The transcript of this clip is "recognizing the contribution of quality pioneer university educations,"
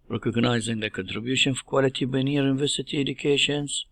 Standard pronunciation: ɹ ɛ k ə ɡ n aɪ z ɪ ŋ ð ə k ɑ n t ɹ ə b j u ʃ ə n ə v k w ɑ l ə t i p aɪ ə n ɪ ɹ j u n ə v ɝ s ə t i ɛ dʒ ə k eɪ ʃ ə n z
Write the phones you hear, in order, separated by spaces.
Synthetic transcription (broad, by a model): ɹ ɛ k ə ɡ n aɪ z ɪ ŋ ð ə k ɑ n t ɹ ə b j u ʃ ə n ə k w ɑ l ə t i b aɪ n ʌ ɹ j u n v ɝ s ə t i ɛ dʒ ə k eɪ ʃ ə n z